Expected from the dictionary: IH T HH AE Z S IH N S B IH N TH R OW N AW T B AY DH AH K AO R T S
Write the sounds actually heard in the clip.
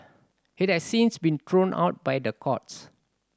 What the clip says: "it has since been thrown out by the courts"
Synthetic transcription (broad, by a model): IH T HH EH S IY N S B IH N T R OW N AW T B AY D AH K AO T S